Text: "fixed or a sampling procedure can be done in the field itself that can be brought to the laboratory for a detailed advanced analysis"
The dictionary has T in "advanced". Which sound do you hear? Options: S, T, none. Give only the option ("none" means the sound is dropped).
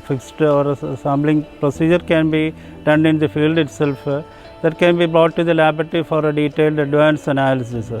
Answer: none